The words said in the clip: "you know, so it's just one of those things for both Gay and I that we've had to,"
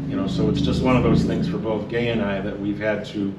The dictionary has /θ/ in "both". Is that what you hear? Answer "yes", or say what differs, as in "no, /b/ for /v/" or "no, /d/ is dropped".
yes